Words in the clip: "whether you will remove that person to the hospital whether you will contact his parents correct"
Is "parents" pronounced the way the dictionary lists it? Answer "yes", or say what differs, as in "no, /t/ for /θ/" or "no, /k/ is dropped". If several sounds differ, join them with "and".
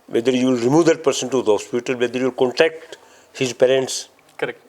yes